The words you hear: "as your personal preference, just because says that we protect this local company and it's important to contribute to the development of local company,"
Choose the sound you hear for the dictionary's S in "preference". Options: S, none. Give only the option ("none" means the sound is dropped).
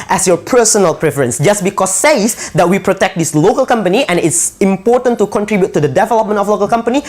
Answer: S